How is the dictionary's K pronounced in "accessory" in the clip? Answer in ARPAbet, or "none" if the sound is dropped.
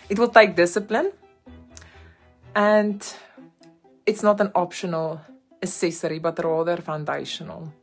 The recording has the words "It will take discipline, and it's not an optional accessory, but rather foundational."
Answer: none